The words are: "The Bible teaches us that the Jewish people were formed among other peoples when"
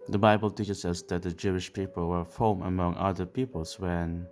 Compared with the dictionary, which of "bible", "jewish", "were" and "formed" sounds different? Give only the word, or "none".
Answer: formed